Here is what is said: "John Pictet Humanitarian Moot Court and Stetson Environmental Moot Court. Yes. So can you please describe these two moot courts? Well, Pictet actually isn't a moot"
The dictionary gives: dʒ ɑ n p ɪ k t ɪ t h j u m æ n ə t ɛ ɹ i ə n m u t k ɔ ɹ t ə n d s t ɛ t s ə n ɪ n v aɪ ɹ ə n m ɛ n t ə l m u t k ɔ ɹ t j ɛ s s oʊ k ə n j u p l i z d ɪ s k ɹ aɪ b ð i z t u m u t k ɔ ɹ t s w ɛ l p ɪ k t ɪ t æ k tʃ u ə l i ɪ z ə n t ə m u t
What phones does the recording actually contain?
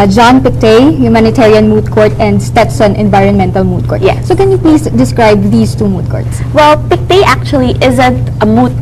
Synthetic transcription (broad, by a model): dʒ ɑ n p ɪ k t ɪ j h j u m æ n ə t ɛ ɹ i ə n m u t k ɔ ɹ t ə n d s t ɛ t s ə n ɪ n v aɪ ɹ ə n m ɛ n t ə l m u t k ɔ ɹ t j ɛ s s oʊ k ə n j u p l i s d ɪ s k ɹ aɪ b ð i s t u m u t k ɔ ɹ t s w ɛ l p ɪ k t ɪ t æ k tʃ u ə l i ɪ z ə n t ə m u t